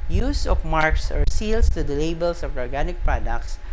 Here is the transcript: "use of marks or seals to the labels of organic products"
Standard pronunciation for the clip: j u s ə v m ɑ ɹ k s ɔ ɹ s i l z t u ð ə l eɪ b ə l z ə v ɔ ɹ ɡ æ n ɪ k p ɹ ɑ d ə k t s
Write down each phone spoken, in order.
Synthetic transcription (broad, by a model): j u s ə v m ɑ ɹ k s ɔ ɹ s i l s t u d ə l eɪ b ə l s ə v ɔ ɹ ɡ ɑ n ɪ k p ɹ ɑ d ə k t s